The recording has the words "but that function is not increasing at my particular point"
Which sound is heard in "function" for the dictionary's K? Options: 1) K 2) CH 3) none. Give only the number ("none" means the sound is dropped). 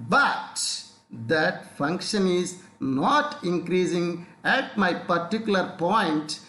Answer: 1